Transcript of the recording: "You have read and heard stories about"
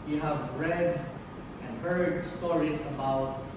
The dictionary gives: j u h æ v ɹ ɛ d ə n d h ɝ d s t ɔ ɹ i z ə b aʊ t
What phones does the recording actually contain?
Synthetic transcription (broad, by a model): j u h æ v ɹ ɛ d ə n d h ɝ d s t ɔ ɹ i s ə b aʊ t